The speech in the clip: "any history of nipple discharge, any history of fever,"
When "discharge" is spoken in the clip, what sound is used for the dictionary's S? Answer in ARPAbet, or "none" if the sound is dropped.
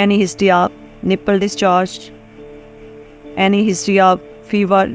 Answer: S